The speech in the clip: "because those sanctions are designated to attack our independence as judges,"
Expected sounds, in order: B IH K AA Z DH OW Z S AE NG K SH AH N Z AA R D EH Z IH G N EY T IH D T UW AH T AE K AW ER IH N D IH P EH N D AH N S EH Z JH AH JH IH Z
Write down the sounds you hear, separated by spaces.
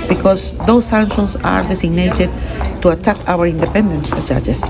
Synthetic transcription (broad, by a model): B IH K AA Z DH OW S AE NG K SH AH N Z AA R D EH S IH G N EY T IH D T UW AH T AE K AW ER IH N D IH P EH N D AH N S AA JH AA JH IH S